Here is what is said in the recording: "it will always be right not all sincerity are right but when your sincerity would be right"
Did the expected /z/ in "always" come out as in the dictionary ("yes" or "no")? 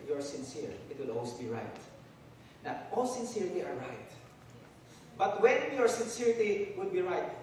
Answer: no